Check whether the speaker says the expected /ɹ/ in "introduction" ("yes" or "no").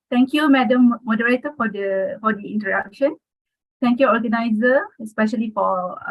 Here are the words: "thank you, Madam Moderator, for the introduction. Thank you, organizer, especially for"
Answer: no